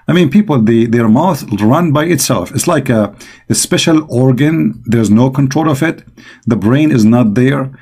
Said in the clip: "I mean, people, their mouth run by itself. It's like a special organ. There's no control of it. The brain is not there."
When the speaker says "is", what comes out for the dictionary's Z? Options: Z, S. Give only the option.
Z